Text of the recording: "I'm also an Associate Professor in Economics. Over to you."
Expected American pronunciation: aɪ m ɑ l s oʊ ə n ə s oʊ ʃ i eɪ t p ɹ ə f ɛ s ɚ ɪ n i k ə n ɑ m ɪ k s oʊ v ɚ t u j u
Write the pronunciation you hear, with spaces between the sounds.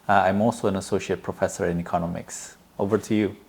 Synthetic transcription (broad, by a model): aɪ m ɑ l s oʊ ə n ə s oʊ ʃ i eɪ t p ɹ ə f ɛ s ɚ ɪ n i k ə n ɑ m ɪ k s oʊ v ɚ t u j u